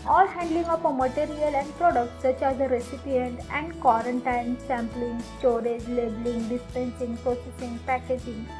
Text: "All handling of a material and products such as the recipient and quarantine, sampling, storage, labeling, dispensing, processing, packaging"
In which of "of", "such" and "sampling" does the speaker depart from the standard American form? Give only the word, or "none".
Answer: of